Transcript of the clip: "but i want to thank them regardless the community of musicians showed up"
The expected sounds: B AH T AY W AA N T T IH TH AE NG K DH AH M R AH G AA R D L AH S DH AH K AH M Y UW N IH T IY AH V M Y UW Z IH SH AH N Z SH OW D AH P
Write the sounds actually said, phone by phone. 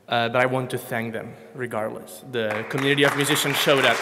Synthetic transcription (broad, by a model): B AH T AY W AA N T T IH TH AE NG K DH AH M R AH G AA R D L AH S DH AH K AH M Y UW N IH T IY AH V M Y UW Z IH SH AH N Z SH OW D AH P